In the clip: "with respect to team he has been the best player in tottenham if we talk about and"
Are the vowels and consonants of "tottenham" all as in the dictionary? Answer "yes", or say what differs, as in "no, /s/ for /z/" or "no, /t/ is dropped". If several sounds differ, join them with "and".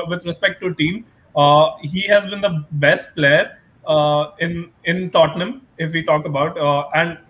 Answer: yes